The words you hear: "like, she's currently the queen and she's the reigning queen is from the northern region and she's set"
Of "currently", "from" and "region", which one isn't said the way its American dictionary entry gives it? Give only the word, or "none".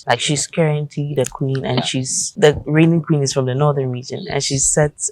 currently